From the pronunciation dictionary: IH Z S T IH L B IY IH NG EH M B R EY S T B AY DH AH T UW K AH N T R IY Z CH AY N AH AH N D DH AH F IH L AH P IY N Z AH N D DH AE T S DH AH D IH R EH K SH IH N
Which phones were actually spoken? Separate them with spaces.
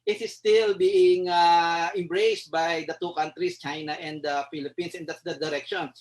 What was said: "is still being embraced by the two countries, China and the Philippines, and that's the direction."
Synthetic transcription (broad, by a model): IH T S T IH L B IY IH NG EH M B R EY S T B AY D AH T UW K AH N T R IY S CH AY N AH AH N D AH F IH L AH P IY N S AH N D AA T S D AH D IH R EH K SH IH N